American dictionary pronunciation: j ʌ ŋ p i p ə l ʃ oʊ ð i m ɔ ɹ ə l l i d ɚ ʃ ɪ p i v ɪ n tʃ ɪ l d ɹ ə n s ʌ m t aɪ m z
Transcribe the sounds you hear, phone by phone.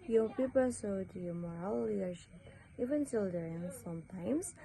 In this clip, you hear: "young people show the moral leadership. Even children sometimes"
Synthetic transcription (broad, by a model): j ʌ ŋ p i p ə l s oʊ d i m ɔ ɹ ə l l i d ɚ ʃ ɪ p i v ɪ n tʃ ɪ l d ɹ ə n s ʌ m t aɪ m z